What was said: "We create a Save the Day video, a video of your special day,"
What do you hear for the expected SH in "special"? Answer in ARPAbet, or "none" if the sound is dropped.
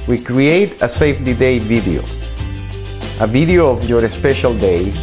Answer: SH